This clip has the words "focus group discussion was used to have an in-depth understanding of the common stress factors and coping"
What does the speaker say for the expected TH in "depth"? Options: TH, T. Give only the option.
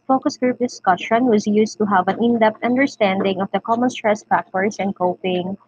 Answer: T